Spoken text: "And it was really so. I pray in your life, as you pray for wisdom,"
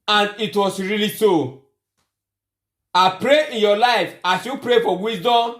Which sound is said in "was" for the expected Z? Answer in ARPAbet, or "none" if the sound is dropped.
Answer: S